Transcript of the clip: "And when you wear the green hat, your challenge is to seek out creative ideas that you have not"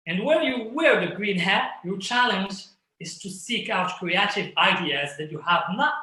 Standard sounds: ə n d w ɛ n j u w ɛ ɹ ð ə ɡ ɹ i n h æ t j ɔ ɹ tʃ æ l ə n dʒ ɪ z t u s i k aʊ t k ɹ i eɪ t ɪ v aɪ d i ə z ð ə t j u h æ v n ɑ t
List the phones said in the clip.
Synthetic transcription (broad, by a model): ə n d w ɛ n j u w ɛ ɹ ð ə ɡ ɹ i n h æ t j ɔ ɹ tʃ æ l ə n dʒ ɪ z t u s i k aʊ t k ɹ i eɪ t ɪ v aɪ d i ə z ð ə t j u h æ v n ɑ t